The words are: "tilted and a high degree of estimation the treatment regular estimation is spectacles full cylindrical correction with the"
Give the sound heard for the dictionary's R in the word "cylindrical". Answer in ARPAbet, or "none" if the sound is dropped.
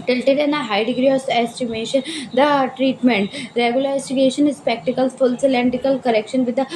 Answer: none